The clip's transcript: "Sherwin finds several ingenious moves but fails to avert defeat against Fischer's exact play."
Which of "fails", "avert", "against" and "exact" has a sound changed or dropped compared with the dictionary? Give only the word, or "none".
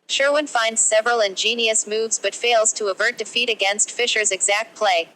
none